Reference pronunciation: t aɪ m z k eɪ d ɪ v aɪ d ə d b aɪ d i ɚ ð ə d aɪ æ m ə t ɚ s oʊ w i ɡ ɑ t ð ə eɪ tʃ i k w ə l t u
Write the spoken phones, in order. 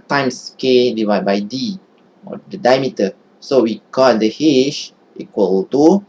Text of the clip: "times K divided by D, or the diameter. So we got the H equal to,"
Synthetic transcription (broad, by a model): t aɪ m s k eɪ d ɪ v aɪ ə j b aɪ d i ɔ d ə d aɪ m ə t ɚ s oʊ w i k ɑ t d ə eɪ ʃ i k w ə l t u